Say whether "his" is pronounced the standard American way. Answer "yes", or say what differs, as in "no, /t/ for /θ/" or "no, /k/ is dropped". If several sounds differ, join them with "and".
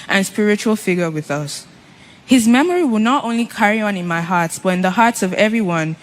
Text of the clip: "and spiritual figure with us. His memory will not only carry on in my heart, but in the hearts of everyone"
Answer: yes